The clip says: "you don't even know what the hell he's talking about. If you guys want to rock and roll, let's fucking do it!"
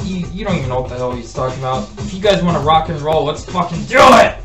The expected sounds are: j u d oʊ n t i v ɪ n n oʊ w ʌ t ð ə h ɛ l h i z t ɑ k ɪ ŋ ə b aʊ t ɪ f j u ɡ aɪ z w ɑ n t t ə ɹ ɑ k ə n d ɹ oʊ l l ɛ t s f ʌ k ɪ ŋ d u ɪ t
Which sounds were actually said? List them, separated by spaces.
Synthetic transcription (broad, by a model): j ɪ d oʊ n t i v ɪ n n oʊ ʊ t ð ə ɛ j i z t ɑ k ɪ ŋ ə b aʊ t ɪ f j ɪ ɡ aɪ z w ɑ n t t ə ɹ ɑ k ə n ɹ oʊ l l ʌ t s f ʌ k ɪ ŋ d u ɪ t